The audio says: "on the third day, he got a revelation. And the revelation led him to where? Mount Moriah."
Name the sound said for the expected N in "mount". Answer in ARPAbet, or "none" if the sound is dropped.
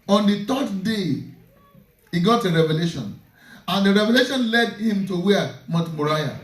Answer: none